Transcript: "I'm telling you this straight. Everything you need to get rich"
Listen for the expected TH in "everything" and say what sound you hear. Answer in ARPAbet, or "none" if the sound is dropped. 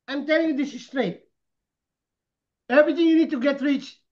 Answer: T